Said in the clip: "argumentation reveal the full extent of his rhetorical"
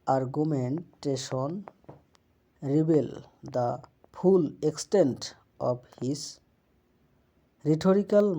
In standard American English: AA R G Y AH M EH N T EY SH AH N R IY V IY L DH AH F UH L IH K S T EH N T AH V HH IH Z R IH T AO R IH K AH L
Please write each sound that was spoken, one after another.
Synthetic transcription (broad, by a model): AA R G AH M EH N T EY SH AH N R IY B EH L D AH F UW L IH K S T EH N T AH B HH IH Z R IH T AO R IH K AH L